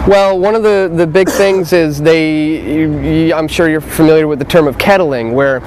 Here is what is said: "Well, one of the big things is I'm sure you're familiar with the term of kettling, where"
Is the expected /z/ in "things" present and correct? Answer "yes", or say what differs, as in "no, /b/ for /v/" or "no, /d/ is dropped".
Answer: yes